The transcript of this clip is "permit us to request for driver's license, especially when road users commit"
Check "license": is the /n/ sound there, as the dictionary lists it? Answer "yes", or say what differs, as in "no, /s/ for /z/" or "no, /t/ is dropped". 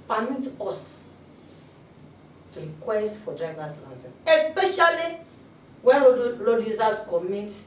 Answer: no, /n/ is dropped